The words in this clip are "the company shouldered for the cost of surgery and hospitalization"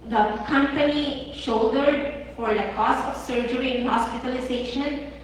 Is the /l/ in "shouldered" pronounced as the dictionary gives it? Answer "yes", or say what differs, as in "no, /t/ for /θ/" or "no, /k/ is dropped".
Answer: no, /l/ is dropped